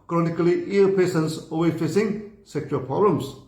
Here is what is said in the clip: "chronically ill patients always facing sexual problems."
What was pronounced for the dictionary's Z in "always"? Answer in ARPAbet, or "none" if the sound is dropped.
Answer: none